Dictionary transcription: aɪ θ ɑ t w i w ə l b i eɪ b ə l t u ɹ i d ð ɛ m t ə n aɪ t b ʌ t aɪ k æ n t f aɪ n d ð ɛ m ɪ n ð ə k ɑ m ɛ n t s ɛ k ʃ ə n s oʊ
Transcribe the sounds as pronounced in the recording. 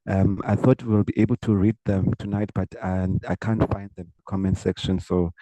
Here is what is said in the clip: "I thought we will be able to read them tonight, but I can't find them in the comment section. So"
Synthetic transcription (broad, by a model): aɪ θ ɑ t w i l b i eɪ b ə l t u ɹ i d ð ɛ m t ə n aɪ t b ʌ t aɪ k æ n t f aɪ n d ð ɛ m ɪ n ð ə k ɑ m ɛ n s ɛ k ʃ ə n s oʊ